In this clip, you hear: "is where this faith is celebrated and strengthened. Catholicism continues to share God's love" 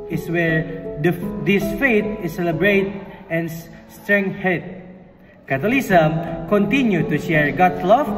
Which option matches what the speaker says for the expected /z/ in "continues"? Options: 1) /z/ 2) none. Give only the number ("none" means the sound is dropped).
2